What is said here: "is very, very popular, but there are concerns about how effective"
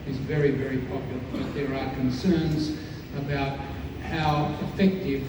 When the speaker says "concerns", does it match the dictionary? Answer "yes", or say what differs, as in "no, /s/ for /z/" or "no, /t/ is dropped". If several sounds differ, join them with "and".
yes